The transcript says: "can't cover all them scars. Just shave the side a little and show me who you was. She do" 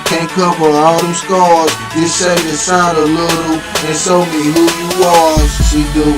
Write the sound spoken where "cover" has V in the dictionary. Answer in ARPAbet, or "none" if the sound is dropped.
P